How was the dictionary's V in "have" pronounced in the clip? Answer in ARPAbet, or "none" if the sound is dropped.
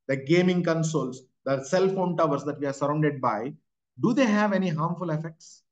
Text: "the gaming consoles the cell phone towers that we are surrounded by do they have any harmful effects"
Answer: V